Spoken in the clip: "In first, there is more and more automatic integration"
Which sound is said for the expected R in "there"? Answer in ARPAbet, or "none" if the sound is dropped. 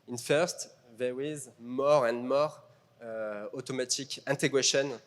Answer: W